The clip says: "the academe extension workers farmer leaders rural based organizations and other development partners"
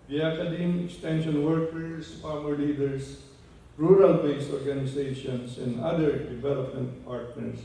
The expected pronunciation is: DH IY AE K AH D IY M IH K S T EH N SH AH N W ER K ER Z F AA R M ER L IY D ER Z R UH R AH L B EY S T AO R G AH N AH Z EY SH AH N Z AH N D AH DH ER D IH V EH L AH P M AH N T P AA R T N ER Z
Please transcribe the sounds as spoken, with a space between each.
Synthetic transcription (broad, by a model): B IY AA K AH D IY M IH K S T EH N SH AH N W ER K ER S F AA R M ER L IY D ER S R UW R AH L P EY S AO R G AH N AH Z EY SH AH N S AH N D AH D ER D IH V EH L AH P M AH N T P AA R T N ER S